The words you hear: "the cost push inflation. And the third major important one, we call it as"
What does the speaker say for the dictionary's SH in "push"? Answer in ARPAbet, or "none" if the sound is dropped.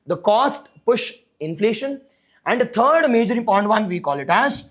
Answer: SH